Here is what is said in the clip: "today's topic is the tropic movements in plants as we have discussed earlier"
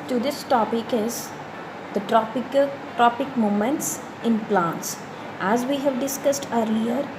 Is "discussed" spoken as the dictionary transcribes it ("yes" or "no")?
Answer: yes